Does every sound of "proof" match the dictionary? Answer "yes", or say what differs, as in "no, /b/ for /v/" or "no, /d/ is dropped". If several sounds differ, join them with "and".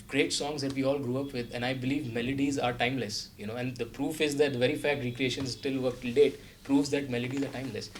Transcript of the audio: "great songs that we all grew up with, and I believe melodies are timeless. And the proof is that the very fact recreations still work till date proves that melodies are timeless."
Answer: yes